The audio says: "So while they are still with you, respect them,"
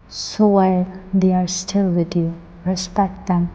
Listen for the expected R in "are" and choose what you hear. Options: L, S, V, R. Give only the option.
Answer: R